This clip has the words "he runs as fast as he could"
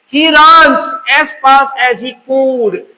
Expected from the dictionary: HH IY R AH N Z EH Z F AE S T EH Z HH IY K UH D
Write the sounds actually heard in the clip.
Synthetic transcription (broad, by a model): HH IY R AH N S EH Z P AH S EH Z HH IY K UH D